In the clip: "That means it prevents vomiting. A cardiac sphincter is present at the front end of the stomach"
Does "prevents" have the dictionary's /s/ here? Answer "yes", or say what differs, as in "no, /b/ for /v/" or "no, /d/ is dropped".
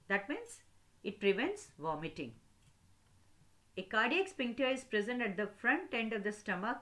yes